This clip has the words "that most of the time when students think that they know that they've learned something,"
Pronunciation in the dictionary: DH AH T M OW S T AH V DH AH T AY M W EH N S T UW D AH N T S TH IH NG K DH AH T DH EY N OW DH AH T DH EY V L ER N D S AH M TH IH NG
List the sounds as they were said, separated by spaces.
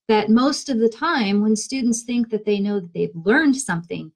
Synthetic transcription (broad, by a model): DH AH T M OW S T AH V DH AH T AY M W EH N S T UW D N T S TH IH NG K DH AH T DH EY N OW DH AH T DH EY V L ER N D S AH M TH IH NG